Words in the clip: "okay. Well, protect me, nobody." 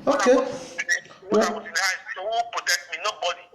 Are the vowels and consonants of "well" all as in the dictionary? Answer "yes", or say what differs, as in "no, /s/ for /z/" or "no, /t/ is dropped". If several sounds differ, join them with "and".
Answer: no, /w/ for /l/